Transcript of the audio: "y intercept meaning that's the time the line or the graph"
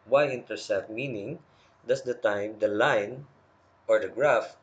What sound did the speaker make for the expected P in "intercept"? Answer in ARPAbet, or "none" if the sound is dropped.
none